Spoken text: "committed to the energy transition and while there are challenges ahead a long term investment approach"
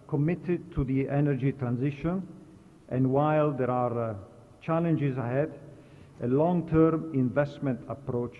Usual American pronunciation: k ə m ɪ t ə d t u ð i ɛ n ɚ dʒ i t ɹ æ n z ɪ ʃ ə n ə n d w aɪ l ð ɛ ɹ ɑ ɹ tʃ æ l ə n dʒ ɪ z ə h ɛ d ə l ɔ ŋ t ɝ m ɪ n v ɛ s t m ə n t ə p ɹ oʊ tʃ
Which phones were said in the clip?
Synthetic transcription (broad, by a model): k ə m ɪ t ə d t u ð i ɛ n ɚ dʒ i t ɹ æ n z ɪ ʃ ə n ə n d w aɪ l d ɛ ɹ ɑ ɹ tʃ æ l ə n dʒ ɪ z ə h ɛ d ə l ɔ ŋ t ɝ m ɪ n v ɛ s t m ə n t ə p ɹ oʊ tʃ